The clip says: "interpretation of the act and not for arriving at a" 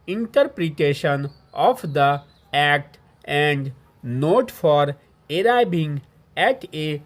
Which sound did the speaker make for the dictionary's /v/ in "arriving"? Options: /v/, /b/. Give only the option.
/b/